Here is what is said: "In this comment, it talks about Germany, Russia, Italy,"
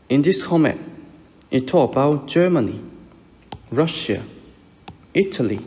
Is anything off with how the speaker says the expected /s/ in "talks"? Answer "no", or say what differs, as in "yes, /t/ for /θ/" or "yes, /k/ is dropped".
yes, /s/ is dropped